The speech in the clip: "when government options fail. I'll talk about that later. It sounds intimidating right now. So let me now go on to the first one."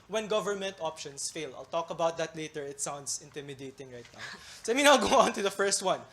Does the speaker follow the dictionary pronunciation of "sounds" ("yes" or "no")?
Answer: no